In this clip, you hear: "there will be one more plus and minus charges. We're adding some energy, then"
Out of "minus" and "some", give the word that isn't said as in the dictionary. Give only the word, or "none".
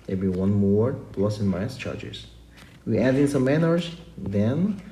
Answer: minus